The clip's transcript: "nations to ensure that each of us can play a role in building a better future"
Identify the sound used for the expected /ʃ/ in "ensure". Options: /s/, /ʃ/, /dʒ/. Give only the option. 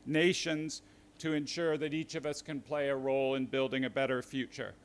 /ʃ/